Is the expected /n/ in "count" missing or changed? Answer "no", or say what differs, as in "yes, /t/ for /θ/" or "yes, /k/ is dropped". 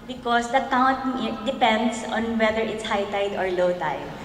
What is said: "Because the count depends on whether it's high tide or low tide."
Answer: yes, /n/ is dropped